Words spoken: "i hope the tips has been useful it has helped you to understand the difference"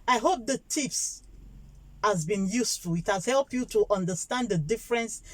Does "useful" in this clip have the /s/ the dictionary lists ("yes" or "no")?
yes